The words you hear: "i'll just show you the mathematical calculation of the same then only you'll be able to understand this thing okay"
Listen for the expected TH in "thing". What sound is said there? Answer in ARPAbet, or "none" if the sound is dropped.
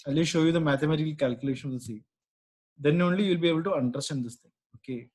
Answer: T